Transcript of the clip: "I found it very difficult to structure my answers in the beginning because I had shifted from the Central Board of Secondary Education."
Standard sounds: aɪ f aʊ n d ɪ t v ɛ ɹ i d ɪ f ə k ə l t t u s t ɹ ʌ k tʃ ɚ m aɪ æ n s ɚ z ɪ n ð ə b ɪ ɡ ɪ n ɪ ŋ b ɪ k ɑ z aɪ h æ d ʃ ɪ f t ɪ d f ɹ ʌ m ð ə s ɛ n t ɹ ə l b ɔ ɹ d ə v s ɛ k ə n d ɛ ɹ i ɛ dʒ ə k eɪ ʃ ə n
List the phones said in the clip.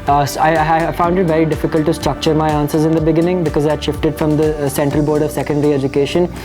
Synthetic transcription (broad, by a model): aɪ f aʊ n d ɪ t v ɛ ɹ i d ɪ f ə k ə l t t u s t ɹ ʌ k tʃ ɚ m aɪ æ n s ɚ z ɪ n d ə b ɪ ɡ ɪ n ɪ ŋ b ɪ k ɑ z aɪ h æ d ʃ ɪ f t ɪ d f ɹ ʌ m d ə s ɛ n t ɹ ə l b ɔ ɹ d ə v s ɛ k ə n d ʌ ɹ i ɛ dʒ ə k eɪ ʃ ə n